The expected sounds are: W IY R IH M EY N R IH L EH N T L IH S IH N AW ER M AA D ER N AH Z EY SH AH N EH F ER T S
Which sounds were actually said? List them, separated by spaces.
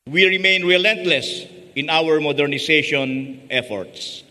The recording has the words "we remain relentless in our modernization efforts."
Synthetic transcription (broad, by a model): W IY R IH M EY N R IH L EH N T L IH S IH N AW ER M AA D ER N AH S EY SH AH N EH F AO T S